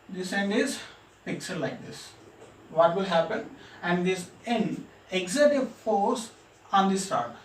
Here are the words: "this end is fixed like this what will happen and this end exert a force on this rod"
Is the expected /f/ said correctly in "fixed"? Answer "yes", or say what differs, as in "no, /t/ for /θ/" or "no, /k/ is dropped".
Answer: no, /p/ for /f/